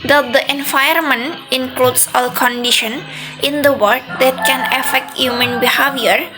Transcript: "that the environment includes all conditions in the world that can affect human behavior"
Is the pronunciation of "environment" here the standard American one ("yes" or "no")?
no